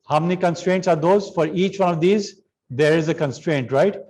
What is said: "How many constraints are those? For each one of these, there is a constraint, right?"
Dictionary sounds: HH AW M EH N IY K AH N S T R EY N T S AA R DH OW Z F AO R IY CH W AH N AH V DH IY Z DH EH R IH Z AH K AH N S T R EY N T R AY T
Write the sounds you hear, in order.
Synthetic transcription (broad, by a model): HH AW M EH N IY K AH N S T R EY N T S AA R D OW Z F AO R IY CH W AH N AH V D IY Z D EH R IH Z AH K AH N S T R EY N T R AY T